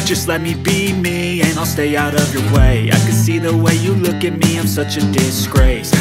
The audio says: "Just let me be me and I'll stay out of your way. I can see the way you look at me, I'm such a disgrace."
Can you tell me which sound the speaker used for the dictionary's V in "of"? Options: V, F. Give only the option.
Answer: V